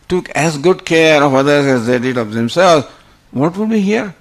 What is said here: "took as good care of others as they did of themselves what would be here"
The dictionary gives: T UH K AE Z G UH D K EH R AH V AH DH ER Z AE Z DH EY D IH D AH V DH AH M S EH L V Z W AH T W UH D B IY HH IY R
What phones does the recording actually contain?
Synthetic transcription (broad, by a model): T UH K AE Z G UH D K EH R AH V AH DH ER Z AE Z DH EY D IH D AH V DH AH M S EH L Z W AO T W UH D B IY HH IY R